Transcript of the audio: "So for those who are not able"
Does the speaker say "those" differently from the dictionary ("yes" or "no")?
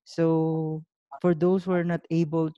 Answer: yes